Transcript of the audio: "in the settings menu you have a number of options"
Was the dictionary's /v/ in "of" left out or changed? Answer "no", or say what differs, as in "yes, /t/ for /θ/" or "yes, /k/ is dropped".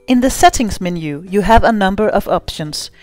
no